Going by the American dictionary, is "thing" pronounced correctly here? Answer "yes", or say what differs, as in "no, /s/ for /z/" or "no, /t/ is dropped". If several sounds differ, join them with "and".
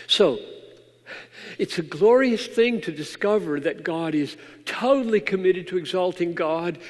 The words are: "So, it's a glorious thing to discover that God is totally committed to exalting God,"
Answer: yes